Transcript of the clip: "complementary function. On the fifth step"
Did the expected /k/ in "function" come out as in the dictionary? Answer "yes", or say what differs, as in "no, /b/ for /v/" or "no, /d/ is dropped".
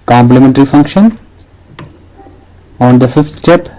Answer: yes